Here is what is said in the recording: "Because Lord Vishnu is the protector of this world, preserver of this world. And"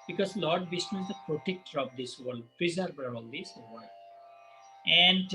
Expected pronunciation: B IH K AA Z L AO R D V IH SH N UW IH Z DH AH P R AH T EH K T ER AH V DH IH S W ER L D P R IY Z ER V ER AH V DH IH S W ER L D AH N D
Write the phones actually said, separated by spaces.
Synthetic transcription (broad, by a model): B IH K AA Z L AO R D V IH S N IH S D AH P R AH T EH K T ER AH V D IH S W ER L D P R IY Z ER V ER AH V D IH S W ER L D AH N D